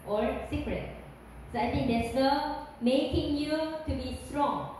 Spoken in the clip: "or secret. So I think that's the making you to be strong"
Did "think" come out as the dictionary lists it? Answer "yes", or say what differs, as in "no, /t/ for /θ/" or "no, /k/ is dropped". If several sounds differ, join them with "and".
no, /t/ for /θ/